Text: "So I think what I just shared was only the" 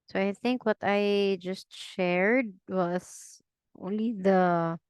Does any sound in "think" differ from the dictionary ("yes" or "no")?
no